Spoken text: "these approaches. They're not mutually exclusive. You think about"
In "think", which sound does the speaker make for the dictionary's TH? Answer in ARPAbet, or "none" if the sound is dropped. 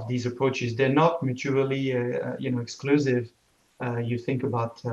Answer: TH